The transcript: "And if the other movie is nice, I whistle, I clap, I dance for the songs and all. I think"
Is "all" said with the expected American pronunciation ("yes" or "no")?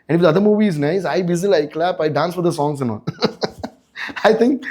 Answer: no